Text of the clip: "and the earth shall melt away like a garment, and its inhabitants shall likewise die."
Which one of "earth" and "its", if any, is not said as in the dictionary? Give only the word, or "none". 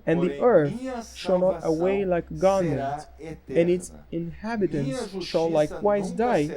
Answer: none